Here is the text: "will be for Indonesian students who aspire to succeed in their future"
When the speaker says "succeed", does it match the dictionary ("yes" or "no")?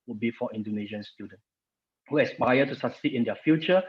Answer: no